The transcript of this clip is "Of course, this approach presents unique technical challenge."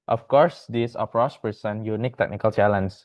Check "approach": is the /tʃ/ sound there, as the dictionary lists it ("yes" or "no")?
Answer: no